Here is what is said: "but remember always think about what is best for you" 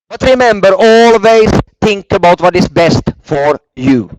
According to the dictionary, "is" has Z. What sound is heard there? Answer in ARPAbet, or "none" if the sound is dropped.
S